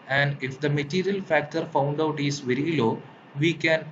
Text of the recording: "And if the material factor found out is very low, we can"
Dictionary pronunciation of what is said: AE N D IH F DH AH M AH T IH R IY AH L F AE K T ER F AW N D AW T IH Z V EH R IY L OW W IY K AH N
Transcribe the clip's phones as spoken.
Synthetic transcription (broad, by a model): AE N D IH F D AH M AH T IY R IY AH L F AE K T ER F AW N D AW T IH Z V EH R IY L OW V IY K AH N